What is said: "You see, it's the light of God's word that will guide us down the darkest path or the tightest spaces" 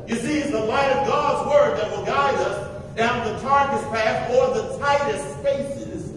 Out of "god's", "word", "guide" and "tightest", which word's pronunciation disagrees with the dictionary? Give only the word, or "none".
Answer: none